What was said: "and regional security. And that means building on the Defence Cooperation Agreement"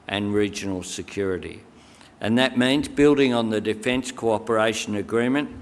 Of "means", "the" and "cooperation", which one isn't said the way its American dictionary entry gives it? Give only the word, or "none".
none